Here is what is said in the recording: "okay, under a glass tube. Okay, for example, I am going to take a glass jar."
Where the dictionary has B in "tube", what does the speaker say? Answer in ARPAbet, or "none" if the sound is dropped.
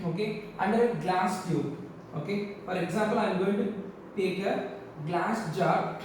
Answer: none